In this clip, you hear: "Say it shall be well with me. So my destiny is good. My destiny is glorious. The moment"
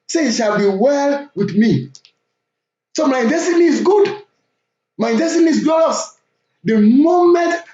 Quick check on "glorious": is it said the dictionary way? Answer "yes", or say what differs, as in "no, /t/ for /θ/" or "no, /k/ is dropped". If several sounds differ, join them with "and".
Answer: no, /l/ is dropped